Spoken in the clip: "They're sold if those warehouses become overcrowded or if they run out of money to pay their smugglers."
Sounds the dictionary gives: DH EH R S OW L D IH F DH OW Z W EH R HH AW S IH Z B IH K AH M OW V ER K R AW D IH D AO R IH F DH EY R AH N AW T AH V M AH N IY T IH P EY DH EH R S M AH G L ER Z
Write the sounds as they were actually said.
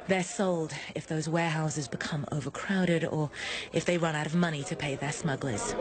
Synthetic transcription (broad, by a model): DH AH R S OW L D IH F DH OW Z W EH HH AW S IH Z B IH K AH M OW V ER K R AW D IH D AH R IH F DH EY R AH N AW T AH V M AH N IY T IH P EY DH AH R S M AH G L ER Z